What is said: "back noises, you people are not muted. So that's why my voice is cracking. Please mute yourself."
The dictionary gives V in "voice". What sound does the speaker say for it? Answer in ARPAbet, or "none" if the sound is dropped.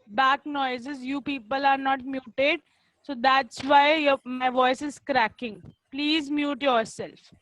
V